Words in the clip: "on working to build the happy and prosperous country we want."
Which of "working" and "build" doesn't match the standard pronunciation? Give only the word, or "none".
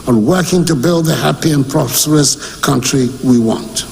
none